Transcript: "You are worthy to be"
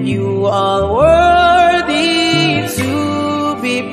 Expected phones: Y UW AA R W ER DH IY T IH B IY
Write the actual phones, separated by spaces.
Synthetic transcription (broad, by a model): Y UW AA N W ER DH IY T IH B IY